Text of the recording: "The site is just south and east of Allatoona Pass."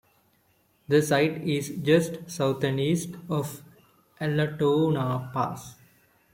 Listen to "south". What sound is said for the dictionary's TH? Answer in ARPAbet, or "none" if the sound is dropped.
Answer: T